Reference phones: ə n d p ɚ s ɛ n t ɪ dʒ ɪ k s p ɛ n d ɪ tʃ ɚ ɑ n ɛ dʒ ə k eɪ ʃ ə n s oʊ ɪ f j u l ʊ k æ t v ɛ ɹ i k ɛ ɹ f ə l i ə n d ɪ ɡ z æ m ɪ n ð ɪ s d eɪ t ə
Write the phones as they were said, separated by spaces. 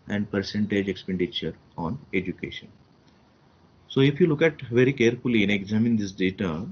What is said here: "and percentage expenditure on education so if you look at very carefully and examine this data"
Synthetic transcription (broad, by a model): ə n d p ɚ s ɛ n t ɪ dʒ ɪ k s p ɛ n d ɪ tʃ ɚ ɑ n ɛ dʒ ə k eɪ ʃ ə n s oʊ ɪ f j u l ʊ k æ t v ɛ ɹ i k ɛ ɹ f ə l i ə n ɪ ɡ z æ m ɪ n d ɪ s d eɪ t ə